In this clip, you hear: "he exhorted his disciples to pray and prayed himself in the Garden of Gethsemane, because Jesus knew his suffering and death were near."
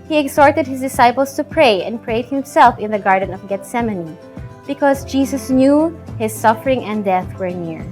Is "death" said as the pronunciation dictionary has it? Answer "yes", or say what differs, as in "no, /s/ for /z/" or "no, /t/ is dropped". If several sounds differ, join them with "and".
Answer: yes